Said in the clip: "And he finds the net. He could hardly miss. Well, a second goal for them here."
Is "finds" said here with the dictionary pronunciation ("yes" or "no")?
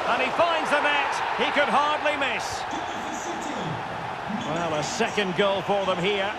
yes